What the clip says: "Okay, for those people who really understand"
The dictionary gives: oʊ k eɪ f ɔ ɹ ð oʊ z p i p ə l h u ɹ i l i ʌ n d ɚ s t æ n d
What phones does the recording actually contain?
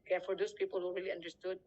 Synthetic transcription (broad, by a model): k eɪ f ɔ ɹ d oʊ s p i p ə l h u ɹ i l i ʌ n d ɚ s t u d